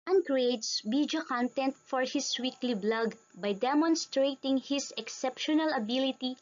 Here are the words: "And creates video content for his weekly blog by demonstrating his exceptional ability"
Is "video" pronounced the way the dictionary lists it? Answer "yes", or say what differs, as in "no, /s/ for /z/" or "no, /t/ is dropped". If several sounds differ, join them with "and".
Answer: no, /b/ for /v/